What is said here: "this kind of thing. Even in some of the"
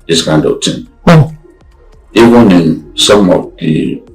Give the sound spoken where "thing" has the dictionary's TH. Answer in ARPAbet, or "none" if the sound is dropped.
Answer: T